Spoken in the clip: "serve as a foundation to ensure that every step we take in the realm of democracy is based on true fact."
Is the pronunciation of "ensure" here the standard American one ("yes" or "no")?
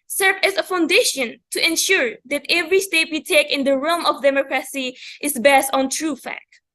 yes